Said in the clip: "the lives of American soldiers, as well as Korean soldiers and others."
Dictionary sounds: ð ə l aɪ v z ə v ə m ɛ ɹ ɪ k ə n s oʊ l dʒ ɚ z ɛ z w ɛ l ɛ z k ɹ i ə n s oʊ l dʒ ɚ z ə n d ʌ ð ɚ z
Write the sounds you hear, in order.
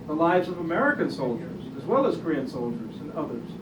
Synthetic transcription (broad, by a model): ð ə l aɪ v z ə v ə m ɛ ɹ ɪ k ə n s oʊ l dʒ ɚ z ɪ z w ɛ l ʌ z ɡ ɹ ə n s oʊ l dʒ ɚ z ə n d ʌ ð ɚ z